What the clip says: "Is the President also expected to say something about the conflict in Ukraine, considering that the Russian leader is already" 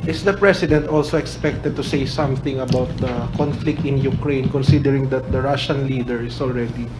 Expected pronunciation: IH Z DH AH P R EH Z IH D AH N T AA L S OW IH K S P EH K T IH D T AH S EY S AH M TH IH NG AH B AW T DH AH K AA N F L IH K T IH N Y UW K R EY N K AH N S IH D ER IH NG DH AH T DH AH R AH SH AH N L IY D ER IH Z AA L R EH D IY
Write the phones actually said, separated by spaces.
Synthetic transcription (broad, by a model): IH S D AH P R EH S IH D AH N T AA L S OW IH K S P EH K T IH D T AH S EY S AH M TH IH NG AH B AW T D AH K AA N F L IH K T IH N Y UW K R EY N K AH N S IH D ER IH NG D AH T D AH R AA SH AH N L IY D ER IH S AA L R EH D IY